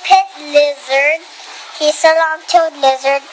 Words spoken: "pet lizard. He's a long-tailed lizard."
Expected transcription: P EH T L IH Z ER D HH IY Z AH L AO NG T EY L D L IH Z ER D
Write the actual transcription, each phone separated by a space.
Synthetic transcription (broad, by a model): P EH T L IH Z ER D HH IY S AH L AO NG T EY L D L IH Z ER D